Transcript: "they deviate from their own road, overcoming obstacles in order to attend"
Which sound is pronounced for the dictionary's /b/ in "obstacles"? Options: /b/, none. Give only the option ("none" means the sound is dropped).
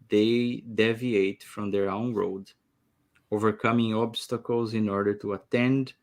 /b/